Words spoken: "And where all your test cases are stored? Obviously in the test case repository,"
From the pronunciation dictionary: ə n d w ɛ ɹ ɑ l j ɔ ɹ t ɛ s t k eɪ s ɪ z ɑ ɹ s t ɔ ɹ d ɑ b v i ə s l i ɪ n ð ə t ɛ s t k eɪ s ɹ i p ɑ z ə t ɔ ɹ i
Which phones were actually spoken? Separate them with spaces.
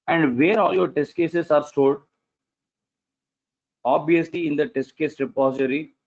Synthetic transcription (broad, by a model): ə n d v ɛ ɹ ɑ l j ɔ ɹ t ɛ s t k eɪ s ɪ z ɑ ɹ s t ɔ l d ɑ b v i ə s l i ɪ n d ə t ɛ s t k eɪ s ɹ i p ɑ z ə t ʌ ɹ i